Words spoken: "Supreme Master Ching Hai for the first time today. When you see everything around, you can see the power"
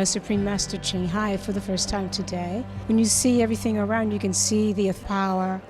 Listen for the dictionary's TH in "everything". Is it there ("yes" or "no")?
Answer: yes